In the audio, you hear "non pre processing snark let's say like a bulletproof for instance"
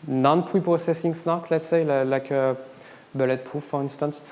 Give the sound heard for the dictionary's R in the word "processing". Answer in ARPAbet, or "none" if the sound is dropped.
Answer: none